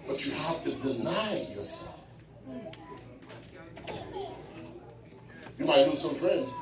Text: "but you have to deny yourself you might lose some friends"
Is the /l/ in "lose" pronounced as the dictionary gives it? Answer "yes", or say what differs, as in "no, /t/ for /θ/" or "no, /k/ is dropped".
no, /n/ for /l/